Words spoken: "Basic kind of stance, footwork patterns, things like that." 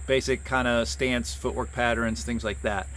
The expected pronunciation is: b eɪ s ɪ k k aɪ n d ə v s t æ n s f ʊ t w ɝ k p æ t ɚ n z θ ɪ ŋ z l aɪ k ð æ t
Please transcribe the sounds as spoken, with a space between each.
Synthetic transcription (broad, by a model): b eɪ s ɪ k k aɪ n d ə s t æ n s f ʊ t w ɝ k p æ t ɚ n z θ ɪ ŋ z l aɪ k ð æ t